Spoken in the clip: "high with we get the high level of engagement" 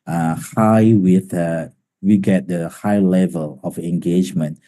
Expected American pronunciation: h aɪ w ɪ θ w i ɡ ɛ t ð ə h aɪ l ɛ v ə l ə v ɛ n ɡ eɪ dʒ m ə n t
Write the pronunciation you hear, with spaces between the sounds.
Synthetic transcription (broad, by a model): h aɪ w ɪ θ w i ɡ ɛ t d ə h aɪ l ɛ v ə l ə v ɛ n ɡ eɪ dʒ m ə n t